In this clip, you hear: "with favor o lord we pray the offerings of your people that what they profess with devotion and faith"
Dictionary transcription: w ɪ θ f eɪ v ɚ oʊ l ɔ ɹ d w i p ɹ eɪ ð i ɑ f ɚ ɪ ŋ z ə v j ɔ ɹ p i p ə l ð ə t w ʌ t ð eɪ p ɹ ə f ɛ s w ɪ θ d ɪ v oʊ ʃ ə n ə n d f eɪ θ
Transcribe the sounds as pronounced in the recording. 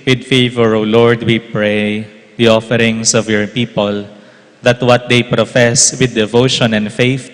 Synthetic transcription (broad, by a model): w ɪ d f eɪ v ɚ oʊ l ɔ ɹ d w i p ɹ eɪ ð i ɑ f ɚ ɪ ŋ s ə v j ɔ ɹ p i p ə l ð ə t w ʌ t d eɪ p ɹ ə f ɛ s w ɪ d ɪ v oʊ ʃ ə n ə n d f eɪ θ